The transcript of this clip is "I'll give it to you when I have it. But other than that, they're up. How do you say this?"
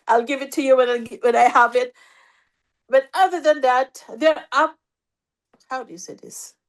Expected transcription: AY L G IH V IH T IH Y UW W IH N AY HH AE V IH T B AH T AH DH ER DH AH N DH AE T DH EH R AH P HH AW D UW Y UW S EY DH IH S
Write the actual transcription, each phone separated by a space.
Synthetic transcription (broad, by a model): AY L G IH V IH T IH Y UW W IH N AY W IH V IH T B AH T AH DH ER DH AH N DH AE T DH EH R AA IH HH AW D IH Y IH S EY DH IH S